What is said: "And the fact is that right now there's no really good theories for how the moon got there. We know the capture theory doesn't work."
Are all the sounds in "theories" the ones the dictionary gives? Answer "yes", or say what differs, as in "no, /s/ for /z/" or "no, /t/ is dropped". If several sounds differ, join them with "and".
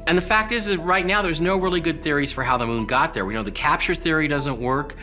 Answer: yes